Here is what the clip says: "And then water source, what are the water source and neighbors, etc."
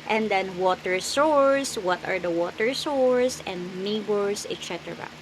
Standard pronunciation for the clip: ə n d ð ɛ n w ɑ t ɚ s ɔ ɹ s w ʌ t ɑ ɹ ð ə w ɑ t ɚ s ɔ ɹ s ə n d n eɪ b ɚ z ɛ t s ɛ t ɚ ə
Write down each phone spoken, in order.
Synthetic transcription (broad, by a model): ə n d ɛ n w ɑ t ɚ s ɔ ɹ s w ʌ t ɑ ɹ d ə w ɑ t ɚ s ɔ ɹ s ə n d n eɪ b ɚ s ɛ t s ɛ t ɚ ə